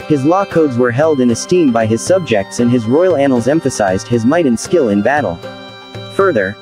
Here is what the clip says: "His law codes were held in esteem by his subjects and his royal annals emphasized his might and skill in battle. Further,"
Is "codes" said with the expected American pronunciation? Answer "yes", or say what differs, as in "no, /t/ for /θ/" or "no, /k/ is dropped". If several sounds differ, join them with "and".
yes